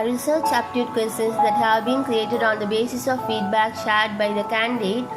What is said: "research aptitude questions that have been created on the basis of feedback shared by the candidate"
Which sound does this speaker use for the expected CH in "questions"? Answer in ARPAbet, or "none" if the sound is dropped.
none